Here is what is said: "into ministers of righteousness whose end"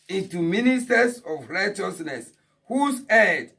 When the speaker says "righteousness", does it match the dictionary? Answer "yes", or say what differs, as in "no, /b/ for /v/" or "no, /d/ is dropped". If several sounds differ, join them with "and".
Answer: yes